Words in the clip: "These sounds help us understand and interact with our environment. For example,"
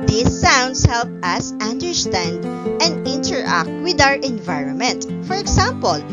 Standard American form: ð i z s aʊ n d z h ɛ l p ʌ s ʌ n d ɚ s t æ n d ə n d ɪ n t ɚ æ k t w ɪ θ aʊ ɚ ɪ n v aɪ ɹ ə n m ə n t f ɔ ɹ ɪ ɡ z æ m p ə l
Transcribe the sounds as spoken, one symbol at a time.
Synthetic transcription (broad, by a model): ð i s aʊ n d s h ɛ l p ʌ s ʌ n d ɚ s t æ n d ə n d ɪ n t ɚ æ k t w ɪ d aʊ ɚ ɪ n v aɪ ɹ ə n m ə n t f ɔ ɹ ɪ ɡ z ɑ m p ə l